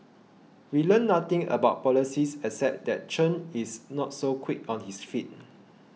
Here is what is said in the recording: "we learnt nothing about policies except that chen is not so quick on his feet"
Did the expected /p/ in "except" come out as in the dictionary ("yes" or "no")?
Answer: no